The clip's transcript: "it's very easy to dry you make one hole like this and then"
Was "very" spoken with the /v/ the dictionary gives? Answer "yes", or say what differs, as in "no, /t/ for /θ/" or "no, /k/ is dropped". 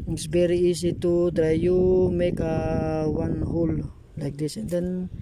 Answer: no, /b/ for /v/